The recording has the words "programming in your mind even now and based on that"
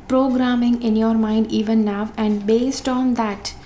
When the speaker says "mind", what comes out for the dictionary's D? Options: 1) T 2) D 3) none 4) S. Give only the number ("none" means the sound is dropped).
2